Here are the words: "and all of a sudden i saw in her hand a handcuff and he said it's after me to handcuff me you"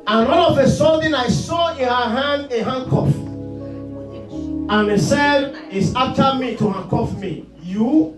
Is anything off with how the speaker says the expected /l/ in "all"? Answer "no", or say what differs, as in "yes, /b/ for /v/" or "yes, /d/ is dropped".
yes, /n/ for /l/